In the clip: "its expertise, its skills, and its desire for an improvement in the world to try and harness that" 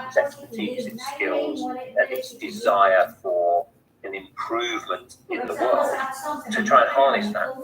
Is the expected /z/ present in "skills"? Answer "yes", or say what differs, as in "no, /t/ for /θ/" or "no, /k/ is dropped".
yes